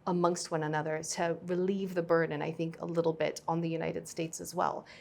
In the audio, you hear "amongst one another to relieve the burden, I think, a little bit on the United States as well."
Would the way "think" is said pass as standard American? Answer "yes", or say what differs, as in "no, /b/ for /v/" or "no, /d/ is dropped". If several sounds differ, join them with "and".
yes